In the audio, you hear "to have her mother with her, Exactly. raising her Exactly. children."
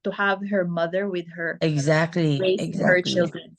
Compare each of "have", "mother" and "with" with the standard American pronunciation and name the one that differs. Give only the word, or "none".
none